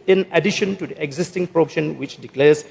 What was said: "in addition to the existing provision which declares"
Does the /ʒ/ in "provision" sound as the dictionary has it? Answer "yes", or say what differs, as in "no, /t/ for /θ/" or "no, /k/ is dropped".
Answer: no, /ʃ/ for /ʒ/